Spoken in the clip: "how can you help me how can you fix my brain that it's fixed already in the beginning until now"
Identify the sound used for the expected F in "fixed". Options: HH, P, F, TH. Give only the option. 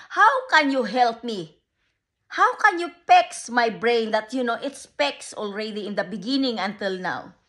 P